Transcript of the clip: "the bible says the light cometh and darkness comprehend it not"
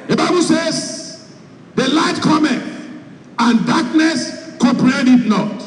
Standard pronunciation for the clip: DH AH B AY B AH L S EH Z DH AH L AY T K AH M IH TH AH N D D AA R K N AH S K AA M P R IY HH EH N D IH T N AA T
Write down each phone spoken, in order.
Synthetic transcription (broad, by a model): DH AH B AY B AH L S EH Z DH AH L AY T K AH M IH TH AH N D D AA K N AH S K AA P R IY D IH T N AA T